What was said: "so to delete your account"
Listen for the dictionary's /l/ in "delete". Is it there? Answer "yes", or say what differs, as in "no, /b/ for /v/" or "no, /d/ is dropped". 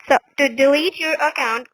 yes